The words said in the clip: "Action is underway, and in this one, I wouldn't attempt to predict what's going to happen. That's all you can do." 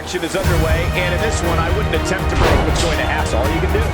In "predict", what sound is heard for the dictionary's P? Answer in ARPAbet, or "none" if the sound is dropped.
B